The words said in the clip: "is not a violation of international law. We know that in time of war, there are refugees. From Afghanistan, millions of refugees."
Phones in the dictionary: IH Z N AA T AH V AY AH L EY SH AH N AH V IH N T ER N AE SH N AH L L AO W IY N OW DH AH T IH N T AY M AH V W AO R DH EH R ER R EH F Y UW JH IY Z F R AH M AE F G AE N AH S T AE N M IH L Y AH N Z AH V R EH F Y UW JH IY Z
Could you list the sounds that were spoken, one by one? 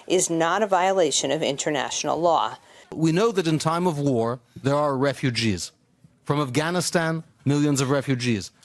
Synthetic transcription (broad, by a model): IH Z N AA T AH V AY AH L EY SH AH N AH V IH N T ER N AE SH N L L AO W IY N OW DH AH T IH N T AY M AH V W AO R DH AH R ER R EH F Y UW JH IY Z F R AH M AE F G AE N AH S T AE N M IH L Y AH N Z AH V R EH F Y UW JH IY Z